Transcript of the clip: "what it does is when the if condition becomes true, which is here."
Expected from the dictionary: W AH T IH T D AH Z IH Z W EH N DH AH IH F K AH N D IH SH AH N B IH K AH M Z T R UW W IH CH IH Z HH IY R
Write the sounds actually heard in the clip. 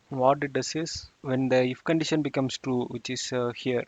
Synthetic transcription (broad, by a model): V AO T IH T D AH S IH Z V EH N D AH IH F K AH N D IH SH AH N B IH K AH M S T R UW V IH CH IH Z HH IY R